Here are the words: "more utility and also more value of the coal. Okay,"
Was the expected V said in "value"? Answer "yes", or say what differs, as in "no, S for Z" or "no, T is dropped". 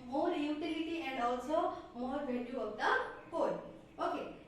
no, B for V